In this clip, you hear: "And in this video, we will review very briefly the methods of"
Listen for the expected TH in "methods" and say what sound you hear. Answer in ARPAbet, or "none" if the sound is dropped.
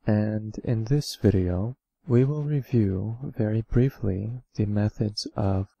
TH